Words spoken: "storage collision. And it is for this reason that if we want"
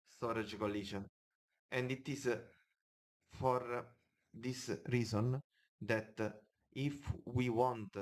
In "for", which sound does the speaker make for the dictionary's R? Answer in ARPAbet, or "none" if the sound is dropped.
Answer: R